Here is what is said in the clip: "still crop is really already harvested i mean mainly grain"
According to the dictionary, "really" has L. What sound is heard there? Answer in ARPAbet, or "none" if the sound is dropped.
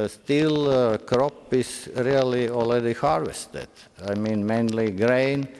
L